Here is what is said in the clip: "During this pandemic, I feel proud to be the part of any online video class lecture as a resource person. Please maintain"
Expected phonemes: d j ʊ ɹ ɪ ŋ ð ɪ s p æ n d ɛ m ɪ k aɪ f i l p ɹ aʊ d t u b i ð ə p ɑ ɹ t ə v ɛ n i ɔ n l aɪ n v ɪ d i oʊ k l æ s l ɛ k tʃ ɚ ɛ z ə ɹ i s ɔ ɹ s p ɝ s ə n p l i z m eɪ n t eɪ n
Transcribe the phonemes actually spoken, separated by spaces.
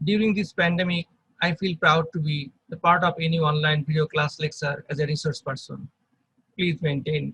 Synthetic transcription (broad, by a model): d j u ɹ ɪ ŋ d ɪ s p æ n d ɛ m ɪ k aɪ f i l p ɹ aʊ d t u b i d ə p ɑ ɹ t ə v ɛ n i ɔ n l aɪ n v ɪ d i oʊ k l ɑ s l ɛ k s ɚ ɛ z ə ɹ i s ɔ ɹ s p ɝ s ə n p l i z m eɪ n t eɪ n